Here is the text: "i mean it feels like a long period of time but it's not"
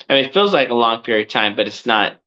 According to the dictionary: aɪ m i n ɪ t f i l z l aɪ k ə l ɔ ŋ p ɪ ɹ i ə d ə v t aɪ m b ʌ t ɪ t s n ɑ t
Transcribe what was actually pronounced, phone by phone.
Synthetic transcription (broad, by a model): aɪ m i n ɪ t f i l z l aɪ k ə l ɔ ŋ p ɪ ɹ i ə d t aɪ m b ʌ t ɪ t s n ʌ t